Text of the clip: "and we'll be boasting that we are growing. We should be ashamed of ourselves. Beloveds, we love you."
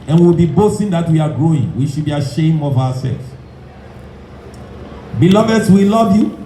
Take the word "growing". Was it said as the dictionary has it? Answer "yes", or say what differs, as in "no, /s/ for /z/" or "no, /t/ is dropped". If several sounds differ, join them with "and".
yes